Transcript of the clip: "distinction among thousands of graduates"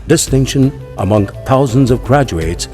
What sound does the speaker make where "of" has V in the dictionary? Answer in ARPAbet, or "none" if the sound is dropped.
V